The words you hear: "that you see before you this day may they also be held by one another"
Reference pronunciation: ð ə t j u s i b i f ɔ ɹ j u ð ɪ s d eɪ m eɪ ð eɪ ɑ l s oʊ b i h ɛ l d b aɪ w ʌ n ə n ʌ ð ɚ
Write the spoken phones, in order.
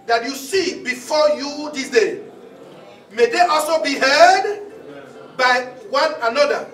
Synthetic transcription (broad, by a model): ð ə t j u s i b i f ɔ j u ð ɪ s d eɪ m eɪ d eɪ ɑ l s oʊ b i h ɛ d b aɪ w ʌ n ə n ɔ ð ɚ